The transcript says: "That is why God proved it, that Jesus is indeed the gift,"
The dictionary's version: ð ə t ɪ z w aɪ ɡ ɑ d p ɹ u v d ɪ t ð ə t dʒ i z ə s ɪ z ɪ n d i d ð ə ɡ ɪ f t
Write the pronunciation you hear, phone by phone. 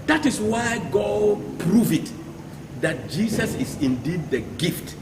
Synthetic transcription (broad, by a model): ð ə t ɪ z w aɪ ɡ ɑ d p ɹ u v ɪ t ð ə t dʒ i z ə s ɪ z ɪ n d i d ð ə ɡ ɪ f t